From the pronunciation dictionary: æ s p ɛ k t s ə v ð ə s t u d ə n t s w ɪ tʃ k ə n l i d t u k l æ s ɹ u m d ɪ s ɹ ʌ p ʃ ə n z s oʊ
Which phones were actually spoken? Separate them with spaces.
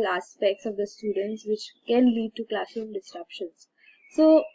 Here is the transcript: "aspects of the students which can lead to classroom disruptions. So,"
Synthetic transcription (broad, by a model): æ s p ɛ k t s ə v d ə s t u d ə n t s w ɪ tʃ k ə n l i d t u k l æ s u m d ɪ s ɹ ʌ p ʃ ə n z s oʊ